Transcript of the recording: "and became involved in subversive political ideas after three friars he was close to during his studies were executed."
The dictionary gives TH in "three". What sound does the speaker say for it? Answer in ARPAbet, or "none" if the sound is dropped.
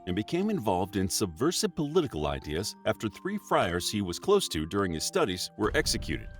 TH